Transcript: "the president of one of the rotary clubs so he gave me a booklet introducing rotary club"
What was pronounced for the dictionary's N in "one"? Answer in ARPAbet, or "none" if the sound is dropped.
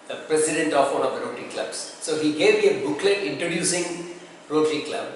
L